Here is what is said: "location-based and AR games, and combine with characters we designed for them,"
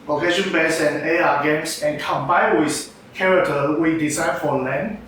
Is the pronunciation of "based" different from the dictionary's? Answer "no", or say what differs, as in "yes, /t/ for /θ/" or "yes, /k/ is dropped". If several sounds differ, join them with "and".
yes, /t/ is dropped